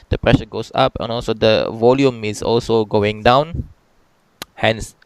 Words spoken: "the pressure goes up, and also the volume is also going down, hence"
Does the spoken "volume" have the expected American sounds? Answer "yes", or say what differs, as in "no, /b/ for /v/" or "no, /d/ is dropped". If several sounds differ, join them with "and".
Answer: yes